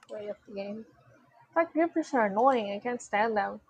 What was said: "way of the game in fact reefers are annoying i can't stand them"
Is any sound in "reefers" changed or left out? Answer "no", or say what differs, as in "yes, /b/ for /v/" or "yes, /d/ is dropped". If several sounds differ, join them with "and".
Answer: yes, /p/ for /f/